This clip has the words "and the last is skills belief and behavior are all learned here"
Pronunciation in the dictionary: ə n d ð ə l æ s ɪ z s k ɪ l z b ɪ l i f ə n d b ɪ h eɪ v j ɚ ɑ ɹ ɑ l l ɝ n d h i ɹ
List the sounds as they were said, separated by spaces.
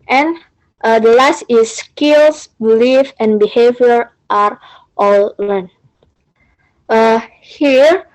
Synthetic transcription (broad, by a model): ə n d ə l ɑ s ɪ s k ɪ l s b ɪ l i f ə n b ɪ h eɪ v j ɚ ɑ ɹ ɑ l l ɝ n h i ɹ